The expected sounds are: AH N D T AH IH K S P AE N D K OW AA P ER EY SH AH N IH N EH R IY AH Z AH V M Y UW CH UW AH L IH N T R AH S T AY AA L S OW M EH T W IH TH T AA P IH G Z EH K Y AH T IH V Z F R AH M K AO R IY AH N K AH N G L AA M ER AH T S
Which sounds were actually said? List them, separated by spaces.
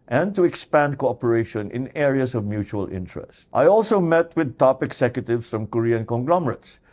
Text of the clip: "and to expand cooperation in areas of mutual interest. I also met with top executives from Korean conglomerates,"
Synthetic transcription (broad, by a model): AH N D T AH IH K S P AE N D K OW AA P ER EY SH AH N IH N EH R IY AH S AH V M Y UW CH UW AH L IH N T R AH S T AY AA L S OW M EH T W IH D T AA P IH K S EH K Y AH T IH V S F R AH M K AO R IY AH N K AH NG G L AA M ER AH T S